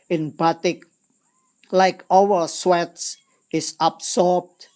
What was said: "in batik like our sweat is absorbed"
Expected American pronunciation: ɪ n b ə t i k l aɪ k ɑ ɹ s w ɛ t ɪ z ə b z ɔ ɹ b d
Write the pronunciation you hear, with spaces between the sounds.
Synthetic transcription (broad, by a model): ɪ n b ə t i k l aɪ k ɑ w s w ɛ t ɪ s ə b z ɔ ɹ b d